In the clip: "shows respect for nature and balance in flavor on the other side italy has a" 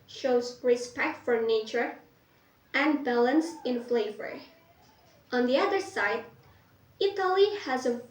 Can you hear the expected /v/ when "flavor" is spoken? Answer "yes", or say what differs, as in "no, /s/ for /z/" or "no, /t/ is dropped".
yes